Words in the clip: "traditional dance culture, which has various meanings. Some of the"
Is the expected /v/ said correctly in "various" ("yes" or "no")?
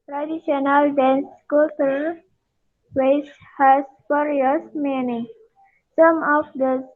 no